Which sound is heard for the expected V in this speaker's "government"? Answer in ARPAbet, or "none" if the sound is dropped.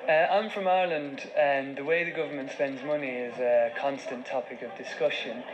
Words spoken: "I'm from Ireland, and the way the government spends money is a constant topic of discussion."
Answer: V